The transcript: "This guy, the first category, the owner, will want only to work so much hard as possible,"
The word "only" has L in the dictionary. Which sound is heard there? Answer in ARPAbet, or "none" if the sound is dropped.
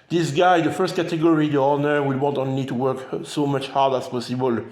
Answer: N